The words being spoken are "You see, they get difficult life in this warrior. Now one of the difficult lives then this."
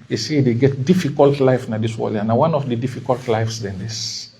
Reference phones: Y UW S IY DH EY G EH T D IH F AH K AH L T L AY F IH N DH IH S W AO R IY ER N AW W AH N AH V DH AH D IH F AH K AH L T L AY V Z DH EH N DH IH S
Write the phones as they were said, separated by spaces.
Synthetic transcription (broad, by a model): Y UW S IY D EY G EH T D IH F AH K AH L T L AY F N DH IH S W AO L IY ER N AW W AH N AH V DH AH D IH F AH K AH L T L AY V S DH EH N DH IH S